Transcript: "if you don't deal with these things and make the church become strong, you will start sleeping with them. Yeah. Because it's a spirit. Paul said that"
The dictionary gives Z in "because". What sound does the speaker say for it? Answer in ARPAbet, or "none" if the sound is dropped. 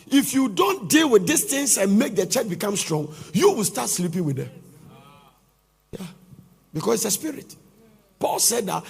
S